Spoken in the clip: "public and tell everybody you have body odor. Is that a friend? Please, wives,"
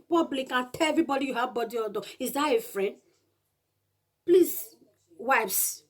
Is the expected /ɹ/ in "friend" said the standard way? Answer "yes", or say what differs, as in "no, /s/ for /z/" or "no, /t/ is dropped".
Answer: yes